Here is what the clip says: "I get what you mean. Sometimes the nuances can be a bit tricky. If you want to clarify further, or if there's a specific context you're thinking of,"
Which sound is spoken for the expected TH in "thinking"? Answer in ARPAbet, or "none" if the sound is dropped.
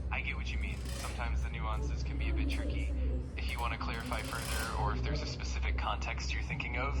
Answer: TH